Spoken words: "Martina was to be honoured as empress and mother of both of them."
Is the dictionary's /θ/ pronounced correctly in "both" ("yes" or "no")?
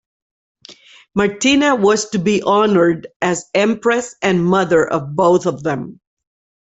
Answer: yes